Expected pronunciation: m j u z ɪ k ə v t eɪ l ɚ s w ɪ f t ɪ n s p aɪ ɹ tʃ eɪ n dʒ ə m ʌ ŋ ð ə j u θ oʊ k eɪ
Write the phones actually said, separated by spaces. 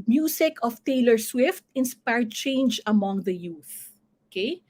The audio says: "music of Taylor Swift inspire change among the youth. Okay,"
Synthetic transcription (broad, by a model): m j u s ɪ k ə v t eɪ l ɚ s w ɪ f t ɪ n s p aɪ ɹ tʃ eɪ n dʒ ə m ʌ ŋ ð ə j u θ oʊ k eɪ